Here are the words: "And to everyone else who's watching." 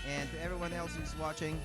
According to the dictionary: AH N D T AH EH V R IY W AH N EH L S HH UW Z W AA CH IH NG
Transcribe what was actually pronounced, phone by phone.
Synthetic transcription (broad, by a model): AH N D EH V R IY W AH N EH L S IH Z W AA CH IH NG